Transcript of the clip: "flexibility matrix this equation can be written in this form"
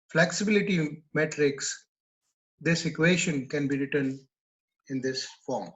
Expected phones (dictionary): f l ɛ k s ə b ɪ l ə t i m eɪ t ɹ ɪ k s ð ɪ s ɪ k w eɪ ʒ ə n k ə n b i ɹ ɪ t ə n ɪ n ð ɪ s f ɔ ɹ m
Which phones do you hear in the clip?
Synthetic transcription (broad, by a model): f l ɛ k s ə b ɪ l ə t i m eɪ t ɹ ɪ k s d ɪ s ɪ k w eɪ ʃ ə n k ə n b i ɹ ɪ t ə n ɪ n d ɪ s f ɔ ɹ m